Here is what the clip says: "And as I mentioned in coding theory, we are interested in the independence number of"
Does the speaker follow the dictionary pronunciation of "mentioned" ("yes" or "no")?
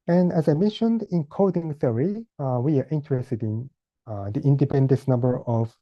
yes